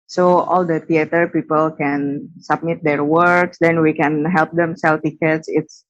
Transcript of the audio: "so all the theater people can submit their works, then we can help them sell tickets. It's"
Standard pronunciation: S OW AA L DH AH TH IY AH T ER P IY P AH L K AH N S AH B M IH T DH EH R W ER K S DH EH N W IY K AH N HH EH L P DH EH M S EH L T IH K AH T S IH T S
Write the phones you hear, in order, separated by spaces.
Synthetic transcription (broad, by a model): S OW AA L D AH T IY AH T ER P IY P AH L K AH N S AH B M IH T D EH R W ER K S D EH N W IY K AH N HH EH L P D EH M S EH L T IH K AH T S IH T S